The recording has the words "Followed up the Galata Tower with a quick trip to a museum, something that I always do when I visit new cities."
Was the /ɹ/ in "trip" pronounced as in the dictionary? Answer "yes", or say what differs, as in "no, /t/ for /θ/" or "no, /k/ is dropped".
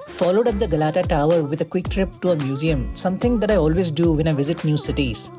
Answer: yes